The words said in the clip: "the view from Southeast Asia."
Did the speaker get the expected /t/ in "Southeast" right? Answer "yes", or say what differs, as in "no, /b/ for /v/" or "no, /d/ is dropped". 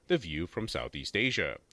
yes